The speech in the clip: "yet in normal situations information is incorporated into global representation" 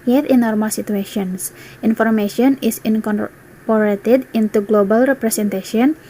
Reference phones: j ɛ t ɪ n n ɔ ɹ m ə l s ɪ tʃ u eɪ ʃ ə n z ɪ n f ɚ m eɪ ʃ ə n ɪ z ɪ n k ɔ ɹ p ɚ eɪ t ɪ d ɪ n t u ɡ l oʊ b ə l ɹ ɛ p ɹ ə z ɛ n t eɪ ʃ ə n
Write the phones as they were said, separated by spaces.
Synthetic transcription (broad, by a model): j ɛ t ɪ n n ɔ ɹ m ə l s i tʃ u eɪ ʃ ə n s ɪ n f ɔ m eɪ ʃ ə n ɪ s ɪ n k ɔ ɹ p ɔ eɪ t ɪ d ɪ n t u ɡ l oʊ b ə l ɹ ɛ p ɹ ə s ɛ n t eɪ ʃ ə n